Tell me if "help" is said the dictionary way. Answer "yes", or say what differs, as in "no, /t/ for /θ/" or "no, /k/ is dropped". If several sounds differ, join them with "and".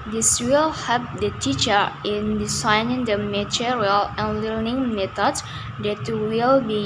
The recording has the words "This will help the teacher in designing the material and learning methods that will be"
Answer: no, /l/ is dropped